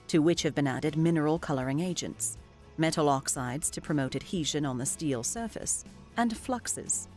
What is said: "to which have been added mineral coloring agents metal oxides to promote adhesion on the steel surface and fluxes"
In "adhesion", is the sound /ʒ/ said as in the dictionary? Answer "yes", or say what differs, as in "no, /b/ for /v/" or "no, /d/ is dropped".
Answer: yes